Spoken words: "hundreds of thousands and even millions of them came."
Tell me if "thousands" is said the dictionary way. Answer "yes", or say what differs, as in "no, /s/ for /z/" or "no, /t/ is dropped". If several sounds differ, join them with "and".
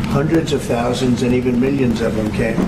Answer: yes